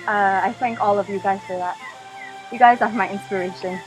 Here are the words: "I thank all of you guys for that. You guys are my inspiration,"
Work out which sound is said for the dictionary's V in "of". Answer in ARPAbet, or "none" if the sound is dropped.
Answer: V